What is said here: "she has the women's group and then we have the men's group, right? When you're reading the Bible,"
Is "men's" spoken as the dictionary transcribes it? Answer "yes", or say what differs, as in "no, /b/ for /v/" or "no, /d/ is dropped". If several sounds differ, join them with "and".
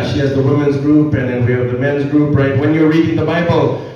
yes